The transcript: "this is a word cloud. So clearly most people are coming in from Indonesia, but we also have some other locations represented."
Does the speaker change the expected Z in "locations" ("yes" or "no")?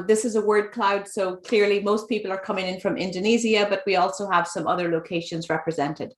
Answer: no